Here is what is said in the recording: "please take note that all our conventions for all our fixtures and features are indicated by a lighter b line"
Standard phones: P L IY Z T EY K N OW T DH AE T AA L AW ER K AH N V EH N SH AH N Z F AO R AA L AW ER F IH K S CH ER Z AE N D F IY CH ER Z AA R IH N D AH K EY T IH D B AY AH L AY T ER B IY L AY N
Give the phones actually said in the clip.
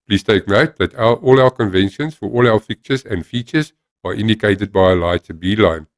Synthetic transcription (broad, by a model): P L IY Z T EY K N OW T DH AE T AA L AW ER K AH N V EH N SH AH N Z F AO R AA L AW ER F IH K CH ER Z AE N D F IY CH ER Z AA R IH N D AH K EY T IH D B AY AH L AY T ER B IY L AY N